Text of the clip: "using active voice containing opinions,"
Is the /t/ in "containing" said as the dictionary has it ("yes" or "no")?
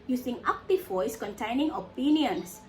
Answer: yes